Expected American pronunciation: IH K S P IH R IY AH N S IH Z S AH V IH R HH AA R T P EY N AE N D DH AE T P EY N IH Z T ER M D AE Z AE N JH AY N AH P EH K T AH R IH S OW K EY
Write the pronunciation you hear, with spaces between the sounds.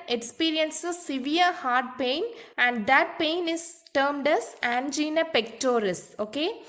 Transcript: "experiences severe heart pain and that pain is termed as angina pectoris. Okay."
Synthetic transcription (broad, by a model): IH K S P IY R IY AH N S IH S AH V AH R HH AA R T P EY N AE N D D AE T P EY N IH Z T ER M D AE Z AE N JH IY N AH P EH K T AH R IH S OW K EY